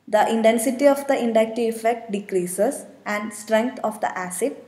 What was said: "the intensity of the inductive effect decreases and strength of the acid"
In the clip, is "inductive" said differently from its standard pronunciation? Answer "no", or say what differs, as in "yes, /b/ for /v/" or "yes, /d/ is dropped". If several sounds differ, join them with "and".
yes, /v/ is dropped